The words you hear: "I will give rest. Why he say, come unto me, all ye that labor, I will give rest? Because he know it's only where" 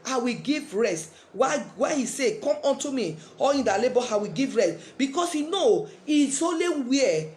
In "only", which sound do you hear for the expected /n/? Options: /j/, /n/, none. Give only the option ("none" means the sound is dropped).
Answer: none